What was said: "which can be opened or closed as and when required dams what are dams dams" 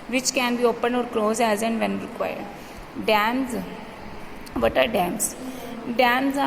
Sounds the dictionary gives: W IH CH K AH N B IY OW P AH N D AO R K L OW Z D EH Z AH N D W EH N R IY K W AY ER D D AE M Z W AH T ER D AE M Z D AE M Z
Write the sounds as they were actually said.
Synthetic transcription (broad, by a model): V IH CH K AH N B IY OW P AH N AO R K L OW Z EH Z AH N D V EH N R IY K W AY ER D D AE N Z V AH T ER D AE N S D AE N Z